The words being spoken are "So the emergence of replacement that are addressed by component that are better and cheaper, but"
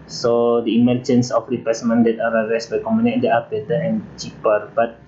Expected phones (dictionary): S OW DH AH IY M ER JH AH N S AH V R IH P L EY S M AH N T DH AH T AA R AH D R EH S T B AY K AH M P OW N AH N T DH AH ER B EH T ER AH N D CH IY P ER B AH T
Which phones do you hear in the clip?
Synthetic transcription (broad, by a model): S OW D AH IY M ER JH AH N S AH F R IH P EY S M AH N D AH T AA R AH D R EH S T B AY K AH M OW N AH T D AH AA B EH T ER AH N CH IY P ER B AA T